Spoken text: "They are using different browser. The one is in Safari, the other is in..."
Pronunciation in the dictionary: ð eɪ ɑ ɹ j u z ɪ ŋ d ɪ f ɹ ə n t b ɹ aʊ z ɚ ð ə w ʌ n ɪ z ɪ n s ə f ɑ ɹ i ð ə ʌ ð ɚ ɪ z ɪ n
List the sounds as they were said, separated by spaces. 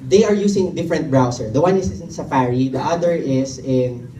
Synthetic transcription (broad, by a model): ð eɪ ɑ ɹ j u s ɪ ŋ d ɪ f ɹ ə n t b ɹ aʊ s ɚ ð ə w ʌ n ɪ s ɪ n s ə f ɑ ɹ i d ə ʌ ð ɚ ɪ s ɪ n